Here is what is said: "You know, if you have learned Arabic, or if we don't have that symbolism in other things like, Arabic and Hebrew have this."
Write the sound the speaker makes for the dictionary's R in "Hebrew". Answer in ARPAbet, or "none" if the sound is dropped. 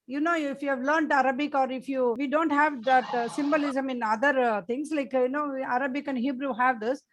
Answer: R